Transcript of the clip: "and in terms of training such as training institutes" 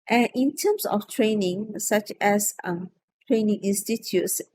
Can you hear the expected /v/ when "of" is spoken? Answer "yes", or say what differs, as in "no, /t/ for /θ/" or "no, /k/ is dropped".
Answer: no, /f/ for /v/